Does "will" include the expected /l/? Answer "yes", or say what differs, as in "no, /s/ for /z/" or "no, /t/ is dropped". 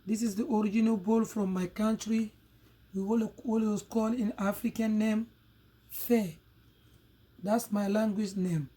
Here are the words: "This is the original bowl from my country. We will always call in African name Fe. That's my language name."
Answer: no, /w/ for /l/